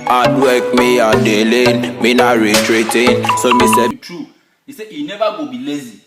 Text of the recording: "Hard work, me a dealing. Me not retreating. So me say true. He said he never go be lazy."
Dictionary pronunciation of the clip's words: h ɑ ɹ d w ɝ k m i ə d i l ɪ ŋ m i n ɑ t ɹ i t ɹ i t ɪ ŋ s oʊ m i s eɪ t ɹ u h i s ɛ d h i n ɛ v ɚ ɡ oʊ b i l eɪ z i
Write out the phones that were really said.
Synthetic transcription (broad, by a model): ɑ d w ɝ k m i ə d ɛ l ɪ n m i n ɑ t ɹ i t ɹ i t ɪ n s oʊ m i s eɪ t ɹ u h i s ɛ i n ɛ b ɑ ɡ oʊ b i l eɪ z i